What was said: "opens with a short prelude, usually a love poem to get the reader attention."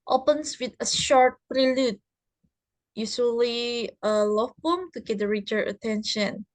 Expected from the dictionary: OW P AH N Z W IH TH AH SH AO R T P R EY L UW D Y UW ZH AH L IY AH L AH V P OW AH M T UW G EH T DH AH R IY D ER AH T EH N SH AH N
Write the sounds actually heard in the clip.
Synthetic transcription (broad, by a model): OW P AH N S W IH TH AH SH AO R T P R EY L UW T Y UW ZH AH L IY AH L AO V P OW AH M T UW G EH T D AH R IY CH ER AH T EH N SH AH N